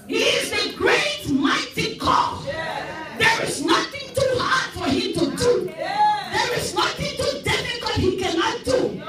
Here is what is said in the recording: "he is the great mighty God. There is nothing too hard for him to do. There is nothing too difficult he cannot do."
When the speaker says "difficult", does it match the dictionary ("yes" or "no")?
no